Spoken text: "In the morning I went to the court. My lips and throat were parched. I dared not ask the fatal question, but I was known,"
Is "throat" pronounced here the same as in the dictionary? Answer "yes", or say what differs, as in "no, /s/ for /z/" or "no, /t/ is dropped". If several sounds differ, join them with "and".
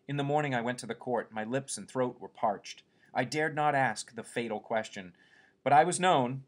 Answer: yes